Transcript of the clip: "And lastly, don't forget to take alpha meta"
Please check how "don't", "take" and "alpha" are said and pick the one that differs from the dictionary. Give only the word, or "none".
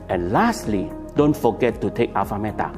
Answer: alpha